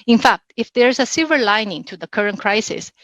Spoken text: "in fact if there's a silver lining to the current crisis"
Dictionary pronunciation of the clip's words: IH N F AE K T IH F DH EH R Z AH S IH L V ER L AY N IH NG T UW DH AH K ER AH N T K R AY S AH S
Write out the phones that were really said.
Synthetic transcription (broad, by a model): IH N F AE K T IH F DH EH R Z AH S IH V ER L AY N IH NG T UW DH AH K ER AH N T K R AY S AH S